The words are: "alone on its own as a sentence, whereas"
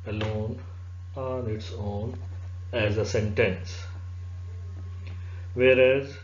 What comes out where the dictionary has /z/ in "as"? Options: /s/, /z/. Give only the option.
/z/